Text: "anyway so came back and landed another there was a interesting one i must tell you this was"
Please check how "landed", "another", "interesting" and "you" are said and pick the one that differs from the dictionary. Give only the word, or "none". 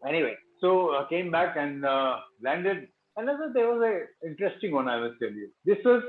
another